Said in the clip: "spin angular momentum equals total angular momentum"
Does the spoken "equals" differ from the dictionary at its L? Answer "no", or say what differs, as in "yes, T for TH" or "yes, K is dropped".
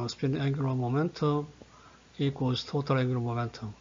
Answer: yes, L is dropped